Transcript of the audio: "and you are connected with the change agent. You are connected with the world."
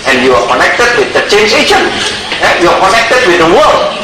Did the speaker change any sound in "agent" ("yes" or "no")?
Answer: yes